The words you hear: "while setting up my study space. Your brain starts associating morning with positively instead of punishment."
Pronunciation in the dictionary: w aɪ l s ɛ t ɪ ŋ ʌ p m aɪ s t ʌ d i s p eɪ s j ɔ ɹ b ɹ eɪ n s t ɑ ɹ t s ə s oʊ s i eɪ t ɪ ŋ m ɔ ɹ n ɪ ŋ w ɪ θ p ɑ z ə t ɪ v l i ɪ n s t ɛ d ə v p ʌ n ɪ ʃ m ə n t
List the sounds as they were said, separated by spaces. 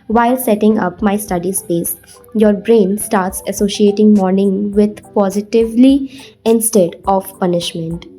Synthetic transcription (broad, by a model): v aɪ l s ɛ t ɪ ŋ ʌ p m aɪ s t ʌ d i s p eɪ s j ɔ ɹ b ɹ eɪ n s t ɑ ɹ t s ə s oʊ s i eɪ t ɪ ŋ m ɔ ɹ n ɪ ŋ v ɪ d p ɑ z ə t ɪ v l i ɪ n s t ɛ d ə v p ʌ n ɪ ʃ m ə n t